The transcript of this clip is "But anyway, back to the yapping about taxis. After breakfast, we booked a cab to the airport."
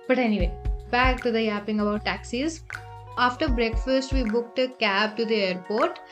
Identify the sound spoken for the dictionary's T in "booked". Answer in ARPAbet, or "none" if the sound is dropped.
T